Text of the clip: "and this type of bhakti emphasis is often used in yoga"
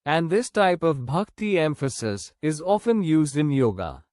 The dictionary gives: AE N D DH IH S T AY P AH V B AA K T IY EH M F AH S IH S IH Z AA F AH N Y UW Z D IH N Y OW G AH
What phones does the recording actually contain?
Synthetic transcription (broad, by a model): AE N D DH IH S T AY P AH V B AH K T IY EH M F AH S IH S IH Z AA F AH N Y UW Z D IH N Y OW G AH